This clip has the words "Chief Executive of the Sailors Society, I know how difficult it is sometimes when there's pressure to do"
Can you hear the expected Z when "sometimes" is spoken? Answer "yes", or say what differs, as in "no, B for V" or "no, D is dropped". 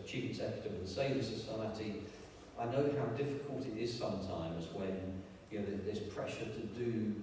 yes